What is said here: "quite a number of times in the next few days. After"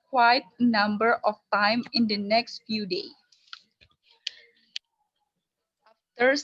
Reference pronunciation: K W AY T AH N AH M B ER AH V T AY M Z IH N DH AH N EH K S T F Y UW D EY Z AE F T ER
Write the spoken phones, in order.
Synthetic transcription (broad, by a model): K W AY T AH N AH M B ER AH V T AY M IH N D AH N EH K S T F Y UW D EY AA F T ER